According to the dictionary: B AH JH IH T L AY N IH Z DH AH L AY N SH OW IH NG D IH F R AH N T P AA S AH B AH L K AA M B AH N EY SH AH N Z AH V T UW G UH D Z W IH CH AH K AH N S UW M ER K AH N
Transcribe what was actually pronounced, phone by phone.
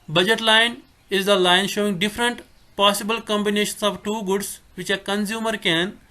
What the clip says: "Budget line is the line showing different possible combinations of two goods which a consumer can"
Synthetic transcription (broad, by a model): B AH JH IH T L AY N IH Z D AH L AY N SH OW IH NG D IH F R AH N T P AA S AH B AH L K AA M B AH N EY SH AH N S AH V T UW G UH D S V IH CH AH K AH N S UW M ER K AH N